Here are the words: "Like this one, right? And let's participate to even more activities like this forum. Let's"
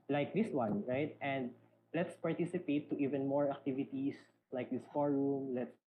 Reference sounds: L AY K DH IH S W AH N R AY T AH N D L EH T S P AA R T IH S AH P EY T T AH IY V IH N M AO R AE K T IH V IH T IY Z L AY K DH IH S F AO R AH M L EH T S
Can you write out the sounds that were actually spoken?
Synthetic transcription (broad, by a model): L AY K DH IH S W AH N R AY T AH N D L EH T S P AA R T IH S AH P EY T T IY V IH N M AO R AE K T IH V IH T IY S L AY K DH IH S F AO R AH M L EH T S